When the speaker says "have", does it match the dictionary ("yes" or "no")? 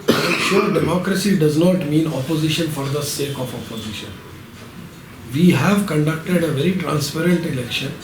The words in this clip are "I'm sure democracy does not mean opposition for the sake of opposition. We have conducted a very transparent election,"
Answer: yes